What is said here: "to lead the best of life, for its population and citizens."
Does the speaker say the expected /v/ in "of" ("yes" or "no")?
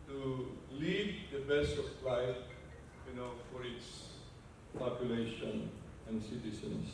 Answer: no